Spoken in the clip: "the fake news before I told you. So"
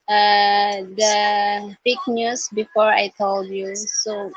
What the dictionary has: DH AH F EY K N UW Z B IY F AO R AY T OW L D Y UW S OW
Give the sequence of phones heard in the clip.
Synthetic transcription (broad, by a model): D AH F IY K N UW S B IY F AO R AY T OW L D Y UW S OW